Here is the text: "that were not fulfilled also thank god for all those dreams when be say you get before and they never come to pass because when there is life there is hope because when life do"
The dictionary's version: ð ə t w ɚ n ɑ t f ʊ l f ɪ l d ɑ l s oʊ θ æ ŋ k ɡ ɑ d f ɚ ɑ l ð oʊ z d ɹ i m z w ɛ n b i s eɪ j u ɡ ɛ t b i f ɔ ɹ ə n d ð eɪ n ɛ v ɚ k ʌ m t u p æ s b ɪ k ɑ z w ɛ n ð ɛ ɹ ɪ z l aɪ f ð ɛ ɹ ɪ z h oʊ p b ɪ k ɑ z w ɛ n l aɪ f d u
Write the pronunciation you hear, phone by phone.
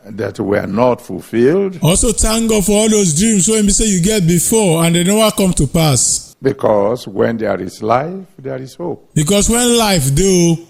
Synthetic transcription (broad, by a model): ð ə t w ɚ n ɑ t f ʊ l f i l d ɑ l s oʊ t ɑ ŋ ɡ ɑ f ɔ ɑ l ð oʊ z d ɹ i m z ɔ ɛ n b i s eɪ j u ɡ ɛ t b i f ɔ ə n d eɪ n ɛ w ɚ k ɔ m t u p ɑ s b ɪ k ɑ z w ɛ n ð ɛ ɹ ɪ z l aɪ f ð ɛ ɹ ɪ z h oʊ p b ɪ k ɑ s w ɛ n l aɪ f d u